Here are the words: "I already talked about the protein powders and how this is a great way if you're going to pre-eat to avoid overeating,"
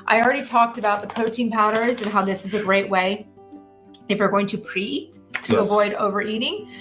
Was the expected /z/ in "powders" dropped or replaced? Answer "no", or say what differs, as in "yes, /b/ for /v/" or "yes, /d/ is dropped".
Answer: no